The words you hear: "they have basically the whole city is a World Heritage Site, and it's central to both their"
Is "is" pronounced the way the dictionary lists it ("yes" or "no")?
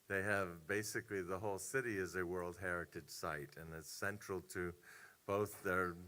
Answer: yes